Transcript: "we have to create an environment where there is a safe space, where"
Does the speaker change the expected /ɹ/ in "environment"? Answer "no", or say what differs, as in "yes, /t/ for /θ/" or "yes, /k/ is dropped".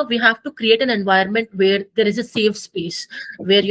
yes, /ɹ/ is dropped